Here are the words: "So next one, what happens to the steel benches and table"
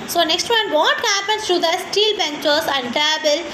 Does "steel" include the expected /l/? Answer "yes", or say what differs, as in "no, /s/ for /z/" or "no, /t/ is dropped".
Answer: yes